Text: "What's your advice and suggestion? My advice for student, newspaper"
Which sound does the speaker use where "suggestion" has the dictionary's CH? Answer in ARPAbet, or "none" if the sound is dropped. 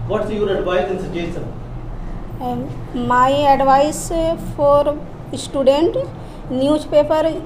none